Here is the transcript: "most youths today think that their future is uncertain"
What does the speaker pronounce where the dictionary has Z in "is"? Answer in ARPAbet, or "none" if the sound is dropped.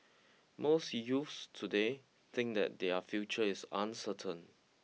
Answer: S